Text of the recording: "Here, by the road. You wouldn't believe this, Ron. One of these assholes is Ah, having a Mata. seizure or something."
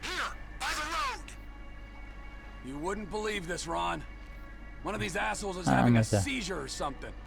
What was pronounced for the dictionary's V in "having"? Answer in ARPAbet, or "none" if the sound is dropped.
none